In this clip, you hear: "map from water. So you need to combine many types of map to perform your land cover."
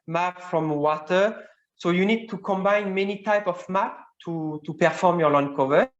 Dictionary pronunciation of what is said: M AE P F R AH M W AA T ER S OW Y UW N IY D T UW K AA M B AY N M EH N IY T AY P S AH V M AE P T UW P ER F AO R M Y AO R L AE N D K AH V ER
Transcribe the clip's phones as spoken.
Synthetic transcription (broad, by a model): M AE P F R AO M W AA T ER S OW Y UW N IY D T UW K AA M B AY N M EH N IY T AY P AH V M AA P T UW P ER F AO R M Y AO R L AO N K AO V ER